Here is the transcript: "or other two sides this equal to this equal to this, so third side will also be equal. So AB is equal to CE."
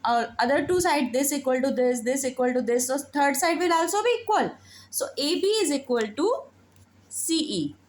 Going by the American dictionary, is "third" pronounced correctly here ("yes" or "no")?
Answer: no